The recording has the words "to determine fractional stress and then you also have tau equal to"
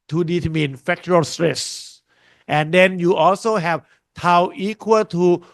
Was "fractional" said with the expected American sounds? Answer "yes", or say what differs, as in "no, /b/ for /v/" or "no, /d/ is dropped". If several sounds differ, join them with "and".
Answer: no, /ɹ/ is dropped and /ʃ/ is dropped and /n/ is dropped